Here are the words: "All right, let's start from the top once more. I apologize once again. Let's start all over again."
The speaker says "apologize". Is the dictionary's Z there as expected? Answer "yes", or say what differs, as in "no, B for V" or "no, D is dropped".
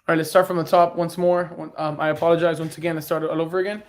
yes